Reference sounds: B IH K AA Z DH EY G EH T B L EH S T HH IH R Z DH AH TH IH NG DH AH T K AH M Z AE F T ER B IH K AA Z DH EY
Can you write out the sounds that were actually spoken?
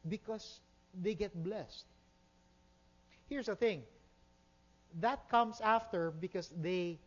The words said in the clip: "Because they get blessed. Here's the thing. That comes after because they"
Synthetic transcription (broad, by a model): B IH K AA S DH EY G EH T B L EH S T HH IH R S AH TH IH NG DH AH T K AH M S AE F T ER B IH K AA S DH EY